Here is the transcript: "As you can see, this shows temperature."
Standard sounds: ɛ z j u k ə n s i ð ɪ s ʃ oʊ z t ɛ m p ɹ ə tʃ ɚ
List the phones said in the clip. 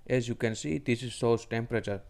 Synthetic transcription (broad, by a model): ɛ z j u k ə n s i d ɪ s s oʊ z t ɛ m p ɹ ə tʃ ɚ